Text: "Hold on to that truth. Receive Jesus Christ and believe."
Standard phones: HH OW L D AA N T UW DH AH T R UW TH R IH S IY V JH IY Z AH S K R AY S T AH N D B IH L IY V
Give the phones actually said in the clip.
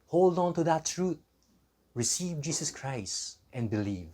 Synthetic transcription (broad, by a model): HH OW L D AA N T UW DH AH T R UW T R IH S IY V JH IY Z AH S K R AY S T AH N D B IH L IY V